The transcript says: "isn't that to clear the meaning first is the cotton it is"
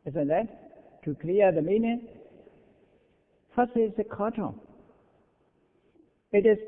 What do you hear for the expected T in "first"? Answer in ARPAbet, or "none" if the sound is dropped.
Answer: none